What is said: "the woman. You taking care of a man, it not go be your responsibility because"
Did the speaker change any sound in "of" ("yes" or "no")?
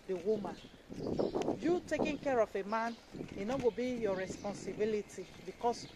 yes